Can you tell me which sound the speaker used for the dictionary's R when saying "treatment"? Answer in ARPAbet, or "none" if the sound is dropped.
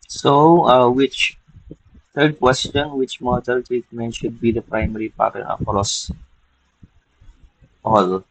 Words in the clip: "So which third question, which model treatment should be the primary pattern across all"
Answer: none